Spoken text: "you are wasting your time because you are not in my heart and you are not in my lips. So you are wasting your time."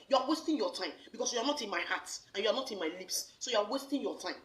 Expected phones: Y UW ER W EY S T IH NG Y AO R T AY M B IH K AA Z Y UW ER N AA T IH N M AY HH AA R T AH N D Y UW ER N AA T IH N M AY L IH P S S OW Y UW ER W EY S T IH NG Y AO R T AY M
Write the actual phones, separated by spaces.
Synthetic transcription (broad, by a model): Y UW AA W EY S T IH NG Y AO T AY M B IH K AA S Y UW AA N AA T IH N M AY HH AA T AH N Y UW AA N AA T IH N M AY L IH P S S OW Y UW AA W EY S T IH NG Y AO T AY M